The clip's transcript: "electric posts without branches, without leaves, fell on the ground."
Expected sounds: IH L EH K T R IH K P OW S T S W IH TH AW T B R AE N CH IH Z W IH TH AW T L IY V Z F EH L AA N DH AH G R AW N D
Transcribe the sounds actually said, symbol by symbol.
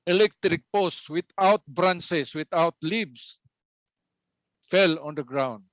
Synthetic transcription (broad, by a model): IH L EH K T R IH K P OW S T W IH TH AW T B R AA N S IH S W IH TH AW T L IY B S F EH L AA N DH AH G R AW N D